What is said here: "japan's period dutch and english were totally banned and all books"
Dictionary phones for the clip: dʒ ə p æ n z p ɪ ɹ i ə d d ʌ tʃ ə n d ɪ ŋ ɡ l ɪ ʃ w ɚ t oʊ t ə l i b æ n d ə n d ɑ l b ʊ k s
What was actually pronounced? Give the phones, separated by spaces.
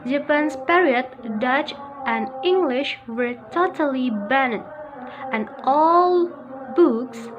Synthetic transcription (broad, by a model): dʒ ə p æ n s p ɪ ɹ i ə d d ʌ tʃ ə n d ɪ ŋ ɡ l ɪ ʃ w ɚ t oʊ t ə l i b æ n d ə n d ɑ l b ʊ k s